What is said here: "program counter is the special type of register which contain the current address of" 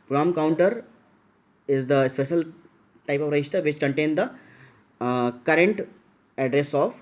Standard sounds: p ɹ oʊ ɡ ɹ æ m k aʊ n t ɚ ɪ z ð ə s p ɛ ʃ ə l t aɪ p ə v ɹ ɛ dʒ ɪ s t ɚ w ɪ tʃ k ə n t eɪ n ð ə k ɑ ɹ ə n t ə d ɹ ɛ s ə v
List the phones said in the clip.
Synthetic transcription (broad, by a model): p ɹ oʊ m k aʊ n t ɚ ɪ z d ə s p ɛ ʃ ə l t aɪ p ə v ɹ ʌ ɪ ʃ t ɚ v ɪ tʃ k ə n t eɪ n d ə k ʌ ɹ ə n t ə d ɹ ɛ s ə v